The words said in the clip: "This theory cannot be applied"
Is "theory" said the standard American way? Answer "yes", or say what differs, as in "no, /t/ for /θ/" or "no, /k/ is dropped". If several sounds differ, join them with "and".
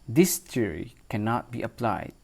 no, /t/ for /θ/